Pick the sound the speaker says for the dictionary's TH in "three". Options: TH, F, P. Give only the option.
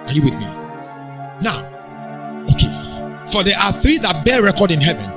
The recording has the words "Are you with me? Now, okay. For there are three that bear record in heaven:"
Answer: TH